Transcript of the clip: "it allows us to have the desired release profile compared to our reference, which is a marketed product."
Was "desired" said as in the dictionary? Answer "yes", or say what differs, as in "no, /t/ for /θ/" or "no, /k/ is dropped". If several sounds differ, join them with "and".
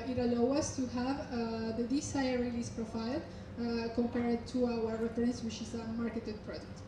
no, /s/ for /z/